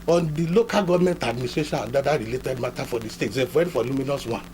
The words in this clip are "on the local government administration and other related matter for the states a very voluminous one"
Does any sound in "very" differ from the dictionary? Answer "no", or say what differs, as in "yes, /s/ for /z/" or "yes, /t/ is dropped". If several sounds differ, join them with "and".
yes, /f/ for /v/